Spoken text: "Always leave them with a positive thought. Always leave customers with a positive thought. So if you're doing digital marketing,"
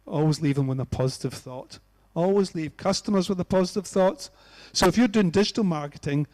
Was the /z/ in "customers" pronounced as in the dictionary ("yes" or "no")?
yes